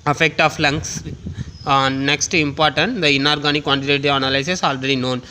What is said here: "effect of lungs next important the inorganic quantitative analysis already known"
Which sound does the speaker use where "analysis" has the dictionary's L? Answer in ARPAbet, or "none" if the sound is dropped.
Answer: none